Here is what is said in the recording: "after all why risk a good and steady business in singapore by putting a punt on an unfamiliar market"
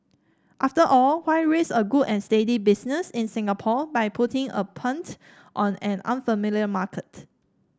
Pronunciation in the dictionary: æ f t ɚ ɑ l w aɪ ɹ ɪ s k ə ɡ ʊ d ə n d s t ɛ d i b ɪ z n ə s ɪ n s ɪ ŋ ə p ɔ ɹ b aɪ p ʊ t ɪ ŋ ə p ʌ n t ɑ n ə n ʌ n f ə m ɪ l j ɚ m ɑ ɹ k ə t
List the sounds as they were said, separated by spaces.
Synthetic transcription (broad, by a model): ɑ f t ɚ ɑ l w aɪ ɹ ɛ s ə ɡ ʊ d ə n s t ɛ d i b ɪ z n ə s ɪ n s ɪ ŋ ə p ɔ b aɪ p ʊ t ɪ ŋ ə p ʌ n t ɑ n ə n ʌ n f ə m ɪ l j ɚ m ɑ k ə t